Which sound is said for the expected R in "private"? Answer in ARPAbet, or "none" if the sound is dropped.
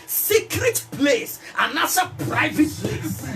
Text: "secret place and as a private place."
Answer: R